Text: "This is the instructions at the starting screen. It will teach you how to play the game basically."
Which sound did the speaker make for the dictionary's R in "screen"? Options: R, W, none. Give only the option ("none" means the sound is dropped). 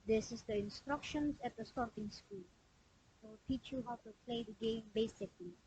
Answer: none